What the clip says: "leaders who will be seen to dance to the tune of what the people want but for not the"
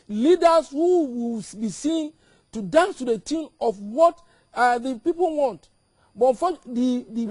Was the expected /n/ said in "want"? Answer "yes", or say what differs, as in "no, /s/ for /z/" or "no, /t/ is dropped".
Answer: yes